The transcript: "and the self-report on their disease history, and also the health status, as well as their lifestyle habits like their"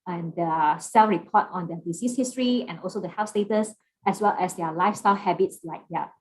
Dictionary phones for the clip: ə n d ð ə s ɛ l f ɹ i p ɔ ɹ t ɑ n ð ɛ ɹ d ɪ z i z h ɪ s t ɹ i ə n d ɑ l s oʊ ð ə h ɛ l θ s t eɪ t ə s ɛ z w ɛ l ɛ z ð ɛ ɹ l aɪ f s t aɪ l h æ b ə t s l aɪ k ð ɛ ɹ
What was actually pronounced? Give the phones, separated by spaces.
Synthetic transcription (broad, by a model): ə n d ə s ɛ l f ɹ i p ɔ t ɑ n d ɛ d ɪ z i s h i s t ɹ i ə n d ɑ l s oʊ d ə h ɛ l f s t eɪ t ə s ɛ s w ɛ l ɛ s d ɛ l aɪ f s t aɪ l h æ b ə t s l aɪ k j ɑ